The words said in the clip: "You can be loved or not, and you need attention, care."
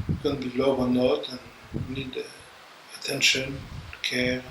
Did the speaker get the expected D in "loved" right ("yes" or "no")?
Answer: no